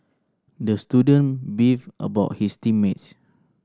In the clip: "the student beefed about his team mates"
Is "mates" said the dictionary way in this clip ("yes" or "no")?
no